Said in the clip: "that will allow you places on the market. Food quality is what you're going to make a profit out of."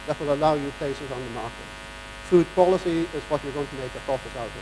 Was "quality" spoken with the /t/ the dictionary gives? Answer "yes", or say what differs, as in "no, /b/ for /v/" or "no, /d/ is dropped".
no, /s/ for /t/